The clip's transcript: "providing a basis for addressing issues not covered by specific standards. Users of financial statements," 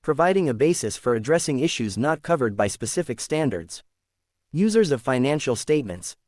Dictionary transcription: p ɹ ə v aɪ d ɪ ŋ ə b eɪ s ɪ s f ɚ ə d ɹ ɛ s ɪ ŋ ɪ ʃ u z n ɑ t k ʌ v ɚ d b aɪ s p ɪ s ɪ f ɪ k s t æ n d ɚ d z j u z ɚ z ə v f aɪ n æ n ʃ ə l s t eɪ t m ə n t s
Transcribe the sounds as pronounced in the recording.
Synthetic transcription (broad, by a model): p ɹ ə v aɪ d ɪ ŋ ə b eɪ s ɪ s f ɚ ə d ɹ ɛ s ɪ ŋ ɪ ʃ u z n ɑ t k ʌ v ɚ d b aɪ s p ɪ s ɪ f ɪ k s t æ n d ɚ d z j u z ɚ z ə v f aɪ n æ n ʃ l s t eɪ t m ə n t s